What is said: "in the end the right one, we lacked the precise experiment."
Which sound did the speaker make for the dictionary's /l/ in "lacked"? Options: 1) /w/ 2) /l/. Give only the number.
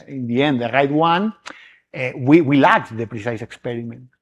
1